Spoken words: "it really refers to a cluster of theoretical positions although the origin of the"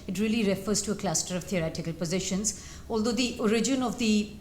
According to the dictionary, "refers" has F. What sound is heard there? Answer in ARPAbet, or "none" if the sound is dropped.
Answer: F